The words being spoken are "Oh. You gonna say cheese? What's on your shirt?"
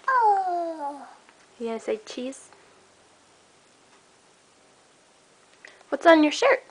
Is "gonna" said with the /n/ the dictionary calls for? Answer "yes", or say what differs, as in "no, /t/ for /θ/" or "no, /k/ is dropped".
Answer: no, /n/ is dropped